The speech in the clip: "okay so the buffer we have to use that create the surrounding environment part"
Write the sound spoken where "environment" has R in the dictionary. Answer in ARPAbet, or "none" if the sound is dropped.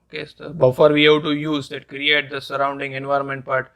R